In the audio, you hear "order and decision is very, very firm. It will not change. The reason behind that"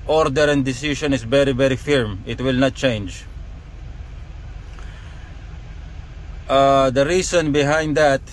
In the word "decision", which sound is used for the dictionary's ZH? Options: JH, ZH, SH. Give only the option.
SH